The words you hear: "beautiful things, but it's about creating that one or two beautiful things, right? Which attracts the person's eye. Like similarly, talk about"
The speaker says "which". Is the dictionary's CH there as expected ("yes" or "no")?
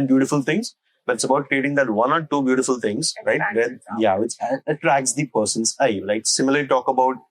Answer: no